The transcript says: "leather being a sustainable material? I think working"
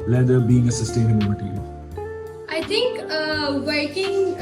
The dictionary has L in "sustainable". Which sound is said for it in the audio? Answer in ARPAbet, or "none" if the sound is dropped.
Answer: N